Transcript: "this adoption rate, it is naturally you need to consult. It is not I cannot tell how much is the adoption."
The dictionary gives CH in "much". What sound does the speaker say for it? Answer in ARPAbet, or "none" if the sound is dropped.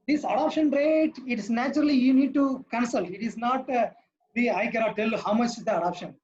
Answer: CH